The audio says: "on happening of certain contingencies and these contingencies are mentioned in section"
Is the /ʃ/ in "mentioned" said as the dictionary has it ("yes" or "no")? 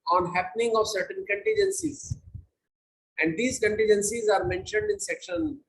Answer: yes